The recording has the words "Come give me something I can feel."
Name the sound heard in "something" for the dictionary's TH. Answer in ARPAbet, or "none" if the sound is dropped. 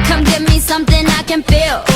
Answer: TH